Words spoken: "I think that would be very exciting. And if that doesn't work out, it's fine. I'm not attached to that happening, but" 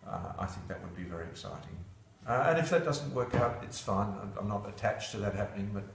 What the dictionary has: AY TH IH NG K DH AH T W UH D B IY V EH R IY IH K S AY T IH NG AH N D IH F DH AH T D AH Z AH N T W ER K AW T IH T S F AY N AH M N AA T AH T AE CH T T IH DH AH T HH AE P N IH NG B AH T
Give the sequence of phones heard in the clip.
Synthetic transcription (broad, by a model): AY TH IH NG K DH AH T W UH D B IY V EH R IY IH K S AY T IH NG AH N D IH F DH AH T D AH Z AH N T W ER K AW T IH T S F AY N AH M N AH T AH T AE CH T T IH DH AH T HH AE P N IH NG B AH T